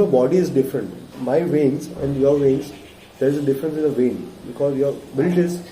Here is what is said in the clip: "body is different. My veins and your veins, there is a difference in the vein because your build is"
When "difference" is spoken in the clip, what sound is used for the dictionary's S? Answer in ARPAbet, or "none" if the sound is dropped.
S